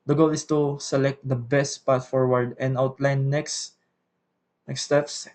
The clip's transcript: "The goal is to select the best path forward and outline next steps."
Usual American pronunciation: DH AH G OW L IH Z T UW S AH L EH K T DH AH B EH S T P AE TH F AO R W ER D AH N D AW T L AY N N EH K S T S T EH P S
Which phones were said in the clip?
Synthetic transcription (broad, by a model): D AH G OW L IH S T UW S AH L EH K T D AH B EH S T P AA T F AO R W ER D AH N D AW T L AY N N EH K S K S T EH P S